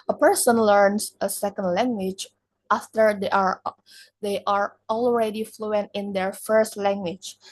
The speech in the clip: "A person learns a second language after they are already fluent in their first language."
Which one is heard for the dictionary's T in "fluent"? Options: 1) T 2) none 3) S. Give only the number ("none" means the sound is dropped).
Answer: 1